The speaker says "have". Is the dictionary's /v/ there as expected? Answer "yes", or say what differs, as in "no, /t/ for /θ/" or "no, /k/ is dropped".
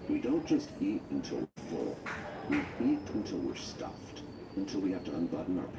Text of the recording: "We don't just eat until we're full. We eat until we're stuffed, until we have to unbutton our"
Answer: no, /f/ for /v/